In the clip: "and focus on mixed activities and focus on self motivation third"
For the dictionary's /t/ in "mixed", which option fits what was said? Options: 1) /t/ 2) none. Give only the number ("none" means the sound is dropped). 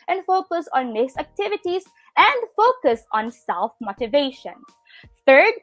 2